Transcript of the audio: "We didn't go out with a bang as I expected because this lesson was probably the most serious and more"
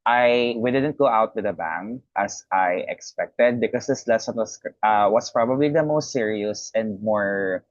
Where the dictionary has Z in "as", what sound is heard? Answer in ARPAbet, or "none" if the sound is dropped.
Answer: S